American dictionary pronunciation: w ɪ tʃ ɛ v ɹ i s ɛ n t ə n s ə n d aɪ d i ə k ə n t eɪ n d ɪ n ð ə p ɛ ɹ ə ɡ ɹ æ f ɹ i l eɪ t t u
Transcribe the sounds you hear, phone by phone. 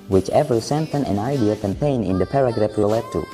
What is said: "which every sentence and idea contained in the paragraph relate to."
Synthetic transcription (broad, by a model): w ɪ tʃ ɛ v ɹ s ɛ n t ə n ə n aɪ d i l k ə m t eɪ n ɪ n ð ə p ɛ ɹ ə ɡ ɹ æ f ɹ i l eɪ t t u